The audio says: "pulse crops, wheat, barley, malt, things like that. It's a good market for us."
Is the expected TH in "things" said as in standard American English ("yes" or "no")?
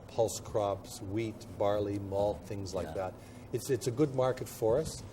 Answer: yes